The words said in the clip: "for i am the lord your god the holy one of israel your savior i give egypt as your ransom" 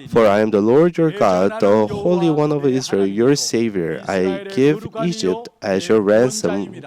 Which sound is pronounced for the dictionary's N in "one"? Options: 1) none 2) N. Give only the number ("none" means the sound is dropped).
2